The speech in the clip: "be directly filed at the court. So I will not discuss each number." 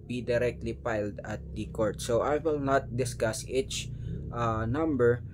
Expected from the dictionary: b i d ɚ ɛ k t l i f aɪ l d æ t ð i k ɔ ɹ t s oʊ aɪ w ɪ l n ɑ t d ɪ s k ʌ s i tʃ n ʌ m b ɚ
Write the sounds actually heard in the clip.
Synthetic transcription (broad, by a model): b i d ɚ ɛ k t l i p aɪ l d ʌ t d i k ɔ ɹ t s oʊ aɪ w ɪ l n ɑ t d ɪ s k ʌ s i tʃ n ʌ m b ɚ